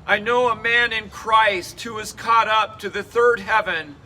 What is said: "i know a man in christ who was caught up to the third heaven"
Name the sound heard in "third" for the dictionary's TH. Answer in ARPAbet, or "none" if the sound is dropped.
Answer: TH